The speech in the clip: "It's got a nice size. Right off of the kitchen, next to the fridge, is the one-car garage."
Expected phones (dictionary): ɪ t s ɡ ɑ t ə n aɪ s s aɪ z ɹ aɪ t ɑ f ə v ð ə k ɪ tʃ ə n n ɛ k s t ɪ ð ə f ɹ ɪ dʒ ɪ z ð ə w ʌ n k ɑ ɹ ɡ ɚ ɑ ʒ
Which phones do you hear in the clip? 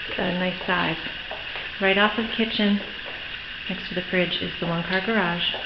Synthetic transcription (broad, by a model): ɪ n ɑ ə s s aɪ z ɹ aɪ t ɑ f ə v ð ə k ɪ tʃ ə n n ɛ k s t ɪ ð ə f ɹ ɪ dʒ ɪ z ð ə w ʌ n k ɑ ɹ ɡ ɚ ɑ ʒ